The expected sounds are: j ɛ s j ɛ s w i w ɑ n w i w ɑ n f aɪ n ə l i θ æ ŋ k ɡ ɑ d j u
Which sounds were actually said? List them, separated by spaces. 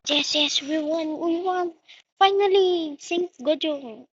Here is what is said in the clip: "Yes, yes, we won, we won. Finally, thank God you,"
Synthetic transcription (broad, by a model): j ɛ s j ɛ s w i w ɑ n w i w ɑ n f aɪ n ə l i s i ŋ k ɡ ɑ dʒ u